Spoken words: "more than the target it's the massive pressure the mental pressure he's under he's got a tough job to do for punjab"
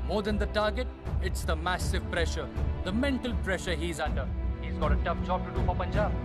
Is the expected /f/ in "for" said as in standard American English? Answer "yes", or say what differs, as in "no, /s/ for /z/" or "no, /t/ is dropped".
no, /p/ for /f/